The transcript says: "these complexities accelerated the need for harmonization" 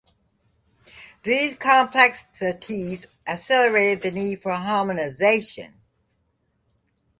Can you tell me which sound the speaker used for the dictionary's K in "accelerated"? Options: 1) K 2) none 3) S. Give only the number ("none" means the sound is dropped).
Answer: 2